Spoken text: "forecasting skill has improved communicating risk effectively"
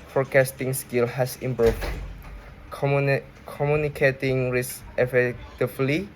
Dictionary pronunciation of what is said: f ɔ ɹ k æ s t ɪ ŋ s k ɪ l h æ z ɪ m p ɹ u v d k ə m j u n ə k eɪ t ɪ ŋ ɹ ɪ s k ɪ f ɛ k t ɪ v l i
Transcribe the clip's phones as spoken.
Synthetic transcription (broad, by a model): f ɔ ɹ k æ s t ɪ ŋ s k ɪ l h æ s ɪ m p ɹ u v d k ə m j u n ə k eɪ t ɪ ŋ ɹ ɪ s ɪ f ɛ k t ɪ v l i